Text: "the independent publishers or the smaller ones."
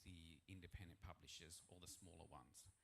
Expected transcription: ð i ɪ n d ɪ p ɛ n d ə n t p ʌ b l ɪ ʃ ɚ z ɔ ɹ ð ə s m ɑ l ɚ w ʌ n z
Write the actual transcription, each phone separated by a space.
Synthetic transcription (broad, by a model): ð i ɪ n d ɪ p ɛ n d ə n p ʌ b l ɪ ʃ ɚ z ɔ l ð ə s m ɑ l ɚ w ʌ n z